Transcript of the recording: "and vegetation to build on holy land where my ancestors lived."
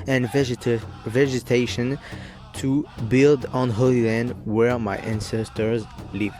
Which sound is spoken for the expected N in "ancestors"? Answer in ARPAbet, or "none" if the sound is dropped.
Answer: N